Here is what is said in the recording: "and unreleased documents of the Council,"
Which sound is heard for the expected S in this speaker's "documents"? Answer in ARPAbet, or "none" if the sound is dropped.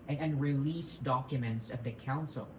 S